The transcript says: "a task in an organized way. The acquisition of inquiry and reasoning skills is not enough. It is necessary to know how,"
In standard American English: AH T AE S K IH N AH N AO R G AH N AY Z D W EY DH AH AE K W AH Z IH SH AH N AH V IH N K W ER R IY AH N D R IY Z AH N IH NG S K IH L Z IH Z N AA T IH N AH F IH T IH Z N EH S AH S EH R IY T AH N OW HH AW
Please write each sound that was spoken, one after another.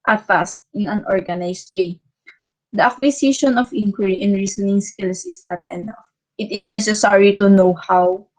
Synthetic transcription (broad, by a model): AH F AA S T IH N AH N AO R G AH N AY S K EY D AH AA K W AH S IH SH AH N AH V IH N K W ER R IY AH N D R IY S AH N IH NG S K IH L S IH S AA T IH N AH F IH T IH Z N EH S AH S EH R IY T AH N OW HH AW